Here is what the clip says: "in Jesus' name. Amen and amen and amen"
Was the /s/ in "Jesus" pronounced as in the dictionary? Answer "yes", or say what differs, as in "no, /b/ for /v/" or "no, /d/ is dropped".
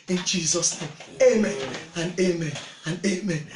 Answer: yes